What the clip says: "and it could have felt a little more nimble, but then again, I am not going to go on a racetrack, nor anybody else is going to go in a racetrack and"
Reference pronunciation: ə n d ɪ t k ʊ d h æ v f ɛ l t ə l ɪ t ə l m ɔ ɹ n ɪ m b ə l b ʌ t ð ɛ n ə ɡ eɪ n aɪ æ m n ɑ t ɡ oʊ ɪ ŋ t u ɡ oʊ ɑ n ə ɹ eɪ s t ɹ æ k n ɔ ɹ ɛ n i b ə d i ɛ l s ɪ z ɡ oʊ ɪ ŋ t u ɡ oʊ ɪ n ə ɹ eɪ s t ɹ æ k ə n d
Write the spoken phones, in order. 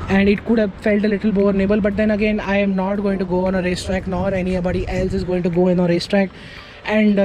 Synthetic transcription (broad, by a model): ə n d ɪ t k ʊ d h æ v f ɛ l t ə l ɪ t ə l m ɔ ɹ n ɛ b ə l b ʌ t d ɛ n ə ɡ eɪ n aɪ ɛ m n ɑ t ɡ oʊ ɪ ŋ t u ɡ oʊ ɑ n ə ɹ eɪ s t ɹ æ k n ɔ ɹ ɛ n i b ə d i ɛ l s ɪ z ɡ oʊ ɪ ŋ t u ɡ oʊ ɪ n ə ɹ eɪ s t ɹ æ k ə n d